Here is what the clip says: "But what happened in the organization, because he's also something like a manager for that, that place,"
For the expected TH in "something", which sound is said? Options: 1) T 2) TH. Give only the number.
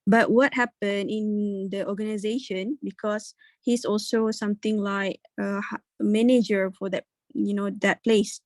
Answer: 1